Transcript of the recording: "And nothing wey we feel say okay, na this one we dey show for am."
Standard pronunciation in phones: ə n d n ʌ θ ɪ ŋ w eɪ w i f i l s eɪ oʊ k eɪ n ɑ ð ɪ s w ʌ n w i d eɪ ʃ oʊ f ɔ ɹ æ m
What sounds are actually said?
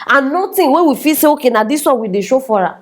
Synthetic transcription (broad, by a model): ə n n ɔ t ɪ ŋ w eɪ w i f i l s eɪ oʊ k eɪ n ɑ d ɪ s w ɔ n w i d eɪ ʃ oʊ f ɔ ɹ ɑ